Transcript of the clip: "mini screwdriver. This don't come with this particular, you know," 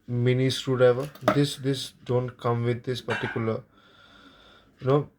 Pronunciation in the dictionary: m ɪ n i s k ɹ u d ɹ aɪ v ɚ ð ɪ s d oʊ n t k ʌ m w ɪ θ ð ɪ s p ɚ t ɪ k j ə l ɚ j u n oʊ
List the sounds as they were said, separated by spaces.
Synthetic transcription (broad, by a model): m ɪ n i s ɹ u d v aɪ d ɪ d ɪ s d oʊ n t k ʌ m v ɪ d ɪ s p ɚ t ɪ k j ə l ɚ j u n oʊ